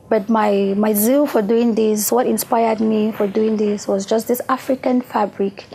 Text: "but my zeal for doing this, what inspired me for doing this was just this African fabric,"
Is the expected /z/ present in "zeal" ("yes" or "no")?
yes